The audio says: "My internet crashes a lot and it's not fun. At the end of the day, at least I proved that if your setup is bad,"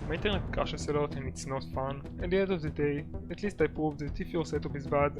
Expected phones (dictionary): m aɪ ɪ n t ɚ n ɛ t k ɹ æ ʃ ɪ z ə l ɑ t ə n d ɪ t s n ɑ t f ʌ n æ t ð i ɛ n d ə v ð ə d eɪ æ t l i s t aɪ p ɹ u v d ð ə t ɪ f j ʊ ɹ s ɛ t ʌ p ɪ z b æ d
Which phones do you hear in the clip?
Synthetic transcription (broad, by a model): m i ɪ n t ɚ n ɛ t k ɑ ʃ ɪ s ə l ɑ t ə n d ɪ t s n ɑ t f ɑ n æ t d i ɛ n d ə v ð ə d eɪ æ t l i s t aɪ p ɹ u v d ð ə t ɪ f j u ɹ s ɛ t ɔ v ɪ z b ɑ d